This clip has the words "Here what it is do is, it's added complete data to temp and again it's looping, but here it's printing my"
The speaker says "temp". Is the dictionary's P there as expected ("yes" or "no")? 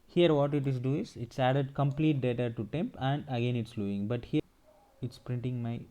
yes